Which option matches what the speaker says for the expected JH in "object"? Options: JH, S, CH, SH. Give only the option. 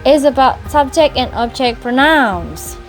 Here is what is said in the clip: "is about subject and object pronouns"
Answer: CH